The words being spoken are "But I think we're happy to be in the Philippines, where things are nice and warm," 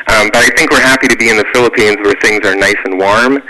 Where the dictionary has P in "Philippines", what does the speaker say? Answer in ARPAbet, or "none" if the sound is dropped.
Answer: P